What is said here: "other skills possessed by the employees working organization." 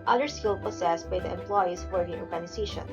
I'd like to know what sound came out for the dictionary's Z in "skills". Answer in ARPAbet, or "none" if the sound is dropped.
none